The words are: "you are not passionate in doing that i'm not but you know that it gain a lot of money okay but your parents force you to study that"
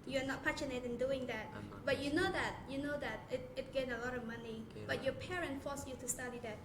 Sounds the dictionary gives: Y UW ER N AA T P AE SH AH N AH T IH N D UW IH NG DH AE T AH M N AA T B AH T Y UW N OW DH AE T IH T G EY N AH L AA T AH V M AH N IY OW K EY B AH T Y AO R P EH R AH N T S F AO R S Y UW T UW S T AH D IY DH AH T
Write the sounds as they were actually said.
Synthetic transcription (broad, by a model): Y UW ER N AA T P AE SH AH N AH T IH N D UW IH NG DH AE T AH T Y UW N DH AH T Y UW N OW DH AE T IH T G EY N AH L AA T AH V M AH N IY B AH T Y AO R P EH R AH N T F AO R S Y UW T UW S T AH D IY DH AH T